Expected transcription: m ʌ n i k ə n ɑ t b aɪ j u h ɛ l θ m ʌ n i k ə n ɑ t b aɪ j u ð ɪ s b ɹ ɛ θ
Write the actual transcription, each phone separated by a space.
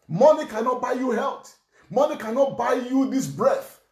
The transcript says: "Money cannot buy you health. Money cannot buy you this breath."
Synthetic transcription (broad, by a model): m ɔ n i k ə n ɑ t b aɪ j u h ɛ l t m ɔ n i k ə n ɑ t b aɪ j u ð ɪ s b ɹ ɛ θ